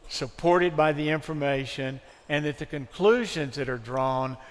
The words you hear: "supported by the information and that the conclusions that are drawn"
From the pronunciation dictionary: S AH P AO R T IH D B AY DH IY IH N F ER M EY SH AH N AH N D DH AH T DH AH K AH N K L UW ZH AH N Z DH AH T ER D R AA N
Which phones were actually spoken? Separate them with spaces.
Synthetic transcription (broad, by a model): S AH P AO R T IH D B AY DH IY IH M F ER M EY SH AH N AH N DH AH T DH AH K AH N K L UW ZH AH N Z DH AH T ER D R AA N